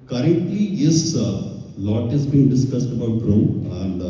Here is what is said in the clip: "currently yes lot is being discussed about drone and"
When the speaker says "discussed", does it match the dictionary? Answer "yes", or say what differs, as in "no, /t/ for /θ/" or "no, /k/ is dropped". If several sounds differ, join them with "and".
yes